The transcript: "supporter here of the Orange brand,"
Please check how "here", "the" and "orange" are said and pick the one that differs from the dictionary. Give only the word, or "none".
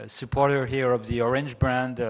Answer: none